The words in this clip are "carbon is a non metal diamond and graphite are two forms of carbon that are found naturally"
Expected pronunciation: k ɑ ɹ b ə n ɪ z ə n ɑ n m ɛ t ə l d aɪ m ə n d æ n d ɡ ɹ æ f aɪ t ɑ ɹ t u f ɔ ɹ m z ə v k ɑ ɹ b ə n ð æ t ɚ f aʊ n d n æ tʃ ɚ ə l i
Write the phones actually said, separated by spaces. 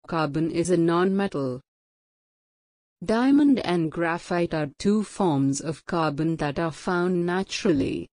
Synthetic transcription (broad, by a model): k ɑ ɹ b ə n ɪ z ə n ɑ n m ɛ t ə l d aɪ m ə n d æ n d ɡ ɹ æ f aɪ t ɑ ɹ t u f ɔ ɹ m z ə v k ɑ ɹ b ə n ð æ t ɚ f aʊ n d n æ tʃ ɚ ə l i